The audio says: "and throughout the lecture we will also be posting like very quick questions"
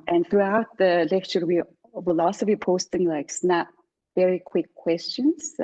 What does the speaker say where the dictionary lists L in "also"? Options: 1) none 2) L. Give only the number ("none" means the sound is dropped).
1